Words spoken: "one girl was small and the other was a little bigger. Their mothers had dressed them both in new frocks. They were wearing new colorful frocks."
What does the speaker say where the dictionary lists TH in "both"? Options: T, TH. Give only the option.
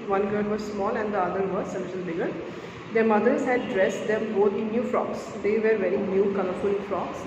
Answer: T